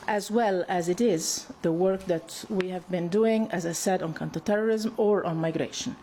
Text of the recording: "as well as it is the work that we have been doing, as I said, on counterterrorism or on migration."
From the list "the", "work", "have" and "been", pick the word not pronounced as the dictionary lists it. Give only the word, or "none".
none